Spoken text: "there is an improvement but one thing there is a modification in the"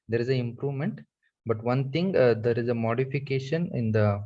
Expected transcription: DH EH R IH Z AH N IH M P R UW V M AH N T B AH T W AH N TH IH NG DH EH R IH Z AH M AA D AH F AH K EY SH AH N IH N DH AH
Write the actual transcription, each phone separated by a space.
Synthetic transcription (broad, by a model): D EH R IH Z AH IH M P R UW V M AH N T B AH T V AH N T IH NG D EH R IH Z AH M AA D AH F AH K EY SH AH N IH N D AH